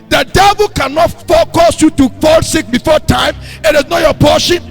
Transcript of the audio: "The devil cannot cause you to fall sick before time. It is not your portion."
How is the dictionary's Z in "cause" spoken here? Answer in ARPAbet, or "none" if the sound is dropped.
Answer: S